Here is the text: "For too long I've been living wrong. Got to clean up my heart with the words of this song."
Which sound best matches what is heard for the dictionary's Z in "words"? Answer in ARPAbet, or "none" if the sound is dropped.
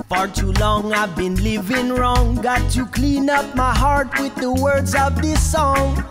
Z